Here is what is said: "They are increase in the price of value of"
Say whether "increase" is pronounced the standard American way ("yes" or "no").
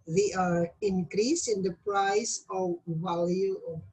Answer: yes